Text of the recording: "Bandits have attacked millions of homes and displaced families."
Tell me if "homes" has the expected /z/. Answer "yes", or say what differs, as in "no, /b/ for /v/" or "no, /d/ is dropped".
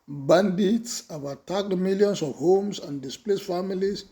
no, /s/ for /z/